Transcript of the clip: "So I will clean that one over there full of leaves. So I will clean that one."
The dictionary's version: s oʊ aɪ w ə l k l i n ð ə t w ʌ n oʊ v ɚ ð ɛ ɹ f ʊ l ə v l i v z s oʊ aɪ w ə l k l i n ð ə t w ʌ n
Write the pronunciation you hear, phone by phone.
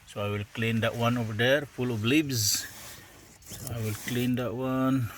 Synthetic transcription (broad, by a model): s oʊ aɪ w ə l k l i n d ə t w ʌ n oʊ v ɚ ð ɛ ɹ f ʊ l ə v l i b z s oʊ aɪ w ə l k l i n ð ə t w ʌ n